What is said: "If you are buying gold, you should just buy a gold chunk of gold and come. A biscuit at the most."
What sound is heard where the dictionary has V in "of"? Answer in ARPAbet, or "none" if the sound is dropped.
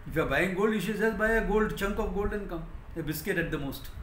P